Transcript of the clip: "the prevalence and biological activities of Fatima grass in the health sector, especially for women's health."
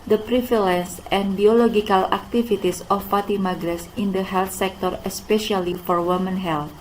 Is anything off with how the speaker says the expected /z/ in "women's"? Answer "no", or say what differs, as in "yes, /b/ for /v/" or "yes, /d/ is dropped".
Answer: yes, /z/ is dropped